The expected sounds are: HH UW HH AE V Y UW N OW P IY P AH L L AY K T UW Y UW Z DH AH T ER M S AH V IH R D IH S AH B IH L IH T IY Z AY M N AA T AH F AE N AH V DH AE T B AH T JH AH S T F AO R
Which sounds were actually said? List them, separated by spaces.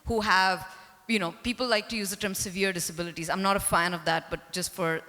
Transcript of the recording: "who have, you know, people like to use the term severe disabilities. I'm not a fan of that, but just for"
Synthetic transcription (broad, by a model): HH UW HH AE V Y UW N OW P IY P AH L L AY K T UW Y UW Z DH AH T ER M S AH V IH R D IH S AH B IH L IH T IY Z AY M N AA T AH F AE N AH V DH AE T B AH T JH AH S T F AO R